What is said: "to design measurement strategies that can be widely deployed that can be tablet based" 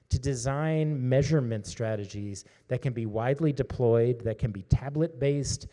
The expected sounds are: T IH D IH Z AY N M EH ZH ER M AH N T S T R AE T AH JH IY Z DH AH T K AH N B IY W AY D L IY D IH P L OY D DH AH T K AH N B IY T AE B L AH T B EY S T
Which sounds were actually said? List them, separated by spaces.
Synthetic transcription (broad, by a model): T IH D IH Z AY N M EH ZH ER M AH N T S T R AE T AH JH IY Z DH AH T K AH N B IY W AY D L IY D IH P L OY D DH AH T K AH N B IY T AE B L AH T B EY S T